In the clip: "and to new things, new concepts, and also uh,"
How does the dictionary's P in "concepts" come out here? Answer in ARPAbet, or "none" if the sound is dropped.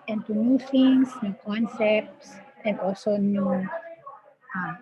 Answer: P